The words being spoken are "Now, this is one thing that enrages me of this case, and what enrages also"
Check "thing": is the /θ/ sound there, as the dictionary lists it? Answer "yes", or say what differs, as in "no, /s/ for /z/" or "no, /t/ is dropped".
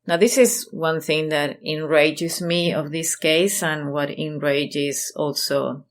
yes